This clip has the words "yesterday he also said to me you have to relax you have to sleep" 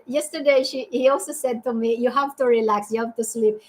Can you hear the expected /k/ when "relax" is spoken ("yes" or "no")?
yes